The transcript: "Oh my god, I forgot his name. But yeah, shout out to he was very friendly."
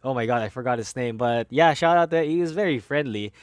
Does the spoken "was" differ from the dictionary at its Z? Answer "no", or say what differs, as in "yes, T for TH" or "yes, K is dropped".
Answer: no